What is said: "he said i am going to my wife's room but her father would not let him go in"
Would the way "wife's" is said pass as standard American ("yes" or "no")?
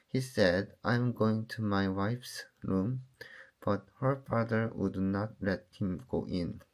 yes